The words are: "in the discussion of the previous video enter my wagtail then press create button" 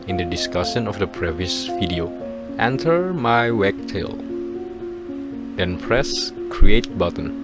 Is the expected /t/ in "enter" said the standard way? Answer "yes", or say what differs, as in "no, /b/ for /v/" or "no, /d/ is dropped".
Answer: yes